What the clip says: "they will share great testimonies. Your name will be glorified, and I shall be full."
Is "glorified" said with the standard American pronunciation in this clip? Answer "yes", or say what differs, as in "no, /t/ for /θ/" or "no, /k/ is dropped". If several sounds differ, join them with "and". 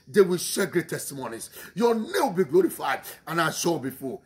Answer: yes